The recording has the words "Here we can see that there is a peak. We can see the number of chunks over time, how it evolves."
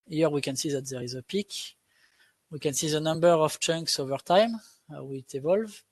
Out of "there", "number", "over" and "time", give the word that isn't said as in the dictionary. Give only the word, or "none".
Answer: none